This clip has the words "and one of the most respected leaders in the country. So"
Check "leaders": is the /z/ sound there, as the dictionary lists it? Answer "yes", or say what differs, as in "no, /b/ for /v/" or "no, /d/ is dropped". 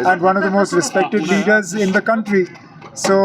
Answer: yes